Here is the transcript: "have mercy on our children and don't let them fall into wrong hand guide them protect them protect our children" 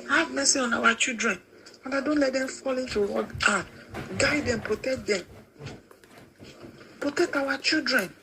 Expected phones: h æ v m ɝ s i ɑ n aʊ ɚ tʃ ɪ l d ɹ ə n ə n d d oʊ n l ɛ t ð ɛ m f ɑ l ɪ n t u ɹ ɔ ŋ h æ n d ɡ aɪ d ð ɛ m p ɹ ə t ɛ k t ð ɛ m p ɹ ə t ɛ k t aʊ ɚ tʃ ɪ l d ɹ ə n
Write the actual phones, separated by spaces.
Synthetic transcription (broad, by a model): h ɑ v m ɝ s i ɑ n aʊ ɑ tʃ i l d ɹ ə n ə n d d oʊ n l ɛ t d ɛ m f ɑ l ɪ n t u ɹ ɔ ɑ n ɡ aɪ d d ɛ m p ɹ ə t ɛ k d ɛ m p ɹ ə t ɛ k t aʊ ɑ tʃ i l d ɹ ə n